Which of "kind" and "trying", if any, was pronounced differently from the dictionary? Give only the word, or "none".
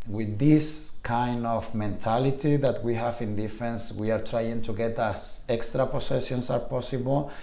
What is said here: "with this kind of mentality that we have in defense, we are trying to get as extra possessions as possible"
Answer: none